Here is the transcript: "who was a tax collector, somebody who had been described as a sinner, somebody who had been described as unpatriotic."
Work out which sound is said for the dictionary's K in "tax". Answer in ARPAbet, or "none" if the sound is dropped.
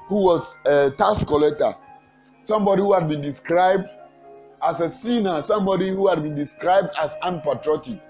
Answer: none